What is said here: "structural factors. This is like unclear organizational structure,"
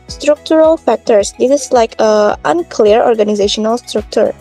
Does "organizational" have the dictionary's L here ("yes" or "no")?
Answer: yes